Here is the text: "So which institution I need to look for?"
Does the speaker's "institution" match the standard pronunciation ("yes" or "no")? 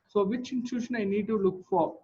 no